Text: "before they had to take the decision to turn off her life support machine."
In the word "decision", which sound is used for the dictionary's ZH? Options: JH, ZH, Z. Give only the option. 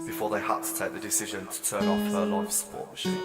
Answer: ZH